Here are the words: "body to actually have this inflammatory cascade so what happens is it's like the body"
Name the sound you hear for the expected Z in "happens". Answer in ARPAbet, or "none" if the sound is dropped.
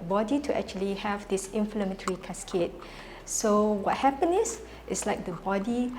none